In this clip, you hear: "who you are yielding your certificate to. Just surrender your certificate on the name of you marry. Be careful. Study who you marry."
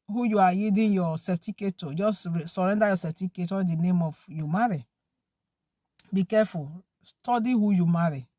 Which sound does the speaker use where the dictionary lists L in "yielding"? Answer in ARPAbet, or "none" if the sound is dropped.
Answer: none